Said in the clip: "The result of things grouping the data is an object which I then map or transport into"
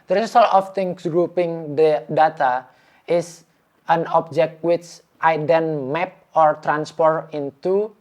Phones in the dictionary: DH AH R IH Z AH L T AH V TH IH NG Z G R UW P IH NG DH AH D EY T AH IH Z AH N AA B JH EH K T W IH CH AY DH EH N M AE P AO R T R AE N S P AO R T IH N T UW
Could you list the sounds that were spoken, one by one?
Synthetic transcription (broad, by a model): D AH R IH S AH L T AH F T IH NG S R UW P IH NG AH D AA T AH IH S AH N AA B JH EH K T W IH CH AY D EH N M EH P AO R T R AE N S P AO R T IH N T UW